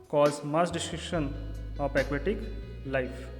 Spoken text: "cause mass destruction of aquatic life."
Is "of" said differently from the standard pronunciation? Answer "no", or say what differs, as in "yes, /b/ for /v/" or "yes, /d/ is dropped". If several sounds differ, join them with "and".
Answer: yes, /p/ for /v/